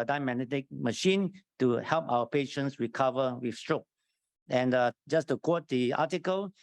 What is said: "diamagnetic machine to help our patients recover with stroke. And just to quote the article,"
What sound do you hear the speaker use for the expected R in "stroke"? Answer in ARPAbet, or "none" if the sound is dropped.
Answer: R